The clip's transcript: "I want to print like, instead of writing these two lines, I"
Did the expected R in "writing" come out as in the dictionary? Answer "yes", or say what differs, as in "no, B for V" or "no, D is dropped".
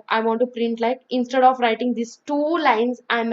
yes